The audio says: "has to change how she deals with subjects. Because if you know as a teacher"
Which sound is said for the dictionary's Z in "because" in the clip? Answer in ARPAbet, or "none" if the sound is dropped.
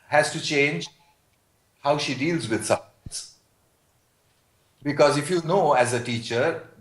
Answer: Z